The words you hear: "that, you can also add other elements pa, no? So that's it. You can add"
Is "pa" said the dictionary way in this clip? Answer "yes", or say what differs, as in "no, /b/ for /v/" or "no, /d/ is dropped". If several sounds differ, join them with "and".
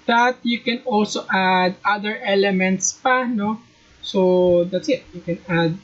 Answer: yes